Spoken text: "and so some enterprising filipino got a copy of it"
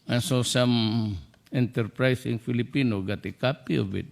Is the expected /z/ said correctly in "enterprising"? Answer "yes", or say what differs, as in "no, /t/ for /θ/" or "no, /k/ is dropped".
no, /s/ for /z/